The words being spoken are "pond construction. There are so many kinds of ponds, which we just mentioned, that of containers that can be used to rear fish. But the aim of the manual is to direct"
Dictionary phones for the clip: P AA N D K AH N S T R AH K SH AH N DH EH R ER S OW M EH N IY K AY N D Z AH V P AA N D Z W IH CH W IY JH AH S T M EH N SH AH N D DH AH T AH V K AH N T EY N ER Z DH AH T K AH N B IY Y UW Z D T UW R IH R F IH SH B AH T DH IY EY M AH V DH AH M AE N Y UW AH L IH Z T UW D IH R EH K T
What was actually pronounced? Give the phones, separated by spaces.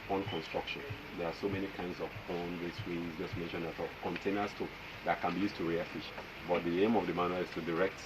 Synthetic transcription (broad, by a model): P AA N K AH N S T R AH K SH AH N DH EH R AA S OW M EH N IY K AY N D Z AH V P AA N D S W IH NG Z JH AH S T M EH N SH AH N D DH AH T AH K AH N T EY N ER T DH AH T K AH N B IY Y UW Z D T UW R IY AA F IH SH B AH T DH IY EY M AH V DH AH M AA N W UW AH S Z T UW D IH R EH K T